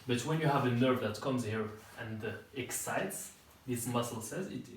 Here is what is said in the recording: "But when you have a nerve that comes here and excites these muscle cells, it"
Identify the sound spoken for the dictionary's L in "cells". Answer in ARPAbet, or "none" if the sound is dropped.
none